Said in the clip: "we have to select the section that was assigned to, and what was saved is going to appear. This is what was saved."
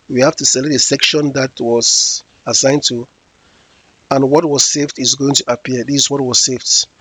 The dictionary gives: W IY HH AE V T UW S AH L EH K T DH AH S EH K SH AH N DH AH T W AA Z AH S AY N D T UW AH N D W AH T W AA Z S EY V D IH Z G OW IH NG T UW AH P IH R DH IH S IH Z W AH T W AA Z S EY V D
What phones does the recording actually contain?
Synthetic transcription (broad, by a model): W IY HH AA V T UW S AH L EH T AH S EH K SH AH N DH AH T W AA Z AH S AY N T UW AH N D W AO T W AA Z S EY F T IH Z G OW IH NG T UW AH P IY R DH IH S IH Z W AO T W AA Z S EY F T